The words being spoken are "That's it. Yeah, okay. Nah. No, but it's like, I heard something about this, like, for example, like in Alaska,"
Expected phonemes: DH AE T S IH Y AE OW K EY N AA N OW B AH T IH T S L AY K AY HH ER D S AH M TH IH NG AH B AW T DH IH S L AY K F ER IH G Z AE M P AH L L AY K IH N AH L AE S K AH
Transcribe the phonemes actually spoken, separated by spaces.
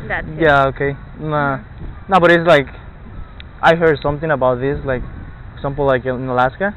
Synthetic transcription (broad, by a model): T Y AE OW K EY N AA N OW B AH T IH T S L AY K AY HH ER D S AH M TH IH NG AH B AW T DH IH S L AY K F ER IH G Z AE M P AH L L AY K IH N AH L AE S K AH